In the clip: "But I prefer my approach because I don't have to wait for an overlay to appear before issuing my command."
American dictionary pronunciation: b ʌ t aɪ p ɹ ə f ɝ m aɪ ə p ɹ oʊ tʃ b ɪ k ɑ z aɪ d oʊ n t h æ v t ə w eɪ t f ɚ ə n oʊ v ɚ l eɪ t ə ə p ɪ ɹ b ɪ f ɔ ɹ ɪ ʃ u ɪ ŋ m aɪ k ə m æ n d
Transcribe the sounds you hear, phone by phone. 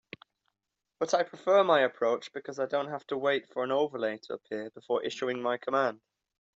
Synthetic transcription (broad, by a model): b ʌ t aɪ p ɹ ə f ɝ m aɪ ə p ɹ oʊ tʃ b ɪ k ɑ z aɪ d oʊ n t h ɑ f t ə w eɪ t f ɚ ə n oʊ v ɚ l eɪ t ə ə p ɪ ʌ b ɪ f ɔ ɹ ɪ ʃ u ɪ ŋ m aɪ k ə m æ n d